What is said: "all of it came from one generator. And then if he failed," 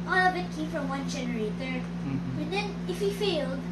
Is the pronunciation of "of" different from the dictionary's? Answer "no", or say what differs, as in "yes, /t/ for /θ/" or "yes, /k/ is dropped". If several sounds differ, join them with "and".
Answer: yes, /b/ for /v/